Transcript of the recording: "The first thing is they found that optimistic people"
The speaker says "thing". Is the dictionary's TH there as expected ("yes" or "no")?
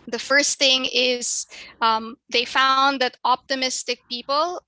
yes